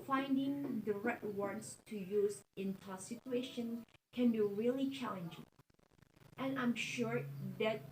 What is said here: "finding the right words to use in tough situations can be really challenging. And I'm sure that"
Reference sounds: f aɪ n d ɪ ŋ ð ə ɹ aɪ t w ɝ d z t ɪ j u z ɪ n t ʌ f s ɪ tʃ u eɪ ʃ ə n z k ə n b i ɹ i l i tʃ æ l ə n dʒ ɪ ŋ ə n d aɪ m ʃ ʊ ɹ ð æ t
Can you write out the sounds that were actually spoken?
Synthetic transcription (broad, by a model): f aɪ n d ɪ ŋ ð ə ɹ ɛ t w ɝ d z t ɪ j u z ɪ n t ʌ s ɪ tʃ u eɪ ʃ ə n k ə n b i ɹ i l i tʃ æ l ə n dʒ ɪ ŋ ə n aɪ m ʃ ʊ ɹ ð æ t